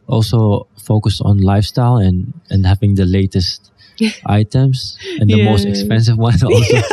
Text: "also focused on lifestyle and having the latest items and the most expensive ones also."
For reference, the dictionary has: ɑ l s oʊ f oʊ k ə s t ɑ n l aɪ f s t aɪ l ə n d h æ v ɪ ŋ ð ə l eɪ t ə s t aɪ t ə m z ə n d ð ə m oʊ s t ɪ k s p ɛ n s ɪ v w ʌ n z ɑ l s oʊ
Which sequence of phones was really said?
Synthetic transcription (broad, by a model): ɑ l s oʊ f oʊ k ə s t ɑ n l aɪ f s t aɪ l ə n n h æ v ɪ ŋ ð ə l eɪ t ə s t aɪ t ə m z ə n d ð ə m oʊ s t ɪ k s p ɛ n s ɪ v w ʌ n ɑ l s oʊ